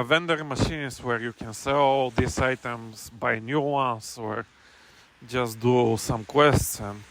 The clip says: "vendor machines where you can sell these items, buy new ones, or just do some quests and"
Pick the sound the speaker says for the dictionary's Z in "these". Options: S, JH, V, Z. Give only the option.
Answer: S